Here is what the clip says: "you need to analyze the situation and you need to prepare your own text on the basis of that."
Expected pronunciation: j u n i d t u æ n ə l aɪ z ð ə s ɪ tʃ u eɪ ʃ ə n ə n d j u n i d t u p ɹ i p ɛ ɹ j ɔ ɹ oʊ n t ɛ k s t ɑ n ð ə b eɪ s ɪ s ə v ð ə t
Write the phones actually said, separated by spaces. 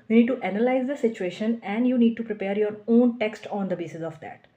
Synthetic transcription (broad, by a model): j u n i d t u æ n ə l aɪ z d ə s ɪ tʃ u eɪ ʃ ə n ə n d j u n i d t u p ɹ i p ɛ ɹ j ɔ ɹ oʊ n t ɛ k s t ɑ n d ə b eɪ s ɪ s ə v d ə t